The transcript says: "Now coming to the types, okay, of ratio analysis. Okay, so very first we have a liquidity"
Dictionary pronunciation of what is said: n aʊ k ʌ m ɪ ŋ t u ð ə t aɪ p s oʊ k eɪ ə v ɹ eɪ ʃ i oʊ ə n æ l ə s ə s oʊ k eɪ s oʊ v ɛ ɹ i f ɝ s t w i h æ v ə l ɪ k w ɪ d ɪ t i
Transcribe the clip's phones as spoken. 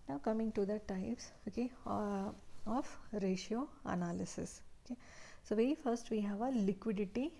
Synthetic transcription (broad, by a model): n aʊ k ʌ m ɪ ŋ t u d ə t aɪ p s oʊ k eɪ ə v ɹ eɪ ʃ i oʊ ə n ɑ l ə s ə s oʊ k eɪ s oʊ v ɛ i f ɝ s t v i h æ v ə l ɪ k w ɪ d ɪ t i